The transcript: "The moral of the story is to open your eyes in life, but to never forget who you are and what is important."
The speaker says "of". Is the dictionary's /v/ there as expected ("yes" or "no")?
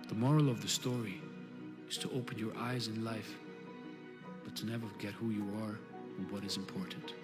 yes